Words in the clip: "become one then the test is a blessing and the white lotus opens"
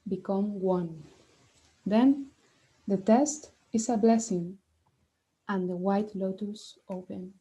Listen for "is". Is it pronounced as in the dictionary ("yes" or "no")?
no